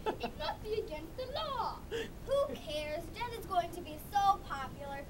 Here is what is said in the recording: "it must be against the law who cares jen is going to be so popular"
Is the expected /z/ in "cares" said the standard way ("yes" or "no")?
yes